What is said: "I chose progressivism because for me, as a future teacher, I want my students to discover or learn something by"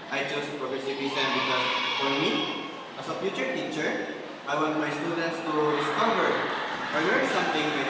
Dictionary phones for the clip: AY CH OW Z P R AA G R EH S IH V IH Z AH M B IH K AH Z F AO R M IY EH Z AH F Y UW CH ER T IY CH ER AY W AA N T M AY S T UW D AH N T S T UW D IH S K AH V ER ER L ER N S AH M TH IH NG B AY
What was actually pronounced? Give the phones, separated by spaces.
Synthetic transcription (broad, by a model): AY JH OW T P R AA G R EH S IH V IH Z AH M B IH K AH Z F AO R M IY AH S AH P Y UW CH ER T IY CH ER AY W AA N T M AY S T UW D AH N T S T UW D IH S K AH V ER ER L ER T S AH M T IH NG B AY